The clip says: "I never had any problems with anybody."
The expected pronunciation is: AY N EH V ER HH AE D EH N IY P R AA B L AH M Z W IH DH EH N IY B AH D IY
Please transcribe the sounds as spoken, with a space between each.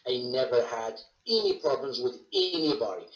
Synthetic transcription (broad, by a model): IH N EH V ER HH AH D EH N IY P R AA B L AH M Z W IH DH EH N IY B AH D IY